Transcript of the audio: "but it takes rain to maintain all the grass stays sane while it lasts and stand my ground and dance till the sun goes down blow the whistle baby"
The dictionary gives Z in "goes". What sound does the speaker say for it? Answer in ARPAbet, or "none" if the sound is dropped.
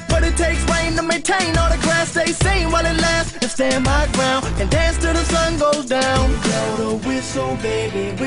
Z